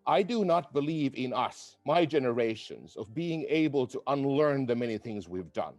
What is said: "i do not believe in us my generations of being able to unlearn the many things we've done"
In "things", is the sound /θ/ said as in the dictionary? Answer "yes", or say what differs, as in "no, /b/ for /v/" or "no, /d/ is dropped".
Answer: yes